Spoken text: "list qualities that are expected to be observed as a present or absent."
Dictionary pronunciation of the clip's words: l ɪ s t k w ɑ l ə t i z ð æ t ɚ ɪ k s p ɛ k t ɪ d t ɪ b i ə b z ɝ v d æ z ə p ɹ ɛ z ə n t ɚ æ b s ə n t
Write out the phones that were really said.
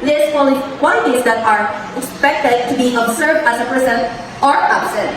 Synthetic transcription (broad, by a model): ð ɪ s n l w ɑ ə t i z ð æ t ɚ ɪ k s p ɛ k t ɪ d t ɪ b i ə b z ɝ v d æ z ə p ɹ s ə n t ɚ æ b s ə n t